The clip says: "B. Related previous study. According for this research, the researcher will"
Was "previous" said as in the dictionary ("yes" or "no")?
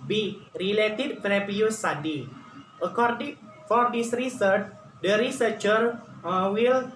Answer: no